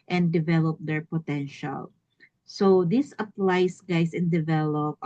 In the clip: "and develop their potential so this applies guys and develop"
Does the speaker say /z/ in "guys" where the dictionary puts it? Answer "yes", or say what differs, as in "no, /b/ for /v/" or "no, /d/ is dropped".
no, /s/ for /z/